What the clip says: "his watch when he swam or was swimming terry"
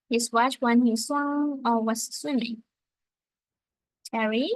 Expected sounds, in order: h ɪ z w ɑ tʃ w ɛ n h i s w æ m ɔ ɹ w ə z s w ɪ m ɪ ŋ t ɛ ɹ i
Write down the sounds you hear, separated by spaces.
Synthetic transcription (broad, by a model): h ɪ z w ɑ tʃ w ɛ n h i s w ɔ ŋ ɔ l w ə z s w ɪ m ɪ ŋ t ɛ ɹ i